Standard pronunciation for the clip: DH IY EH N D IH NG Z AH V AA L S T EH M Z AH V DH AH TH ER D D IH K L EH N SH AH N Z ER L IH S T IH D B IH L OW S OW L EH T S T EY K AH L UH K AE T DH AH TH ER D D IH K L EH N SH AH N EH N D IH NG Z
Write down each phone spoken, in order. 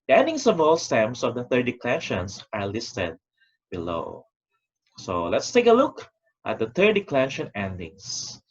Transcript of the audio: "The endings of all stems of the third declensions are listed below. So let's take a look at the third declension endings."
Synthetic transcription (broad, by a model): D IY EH N D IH NG S AH V AA L S T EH M S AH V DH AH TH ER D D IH K L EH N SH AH N S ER L IH S T IH D B IH L OW S OW L EH T S T EY K AH L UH K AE T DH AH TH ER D D IH K L EH N SH AH N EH N D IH NG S